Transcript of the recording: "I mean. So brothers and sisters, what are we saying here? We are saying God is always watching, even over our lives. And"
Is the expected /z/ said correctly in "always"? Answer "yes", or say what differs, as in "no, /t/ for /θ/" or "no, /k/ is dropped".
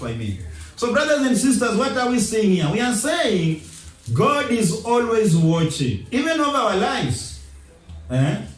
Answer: yes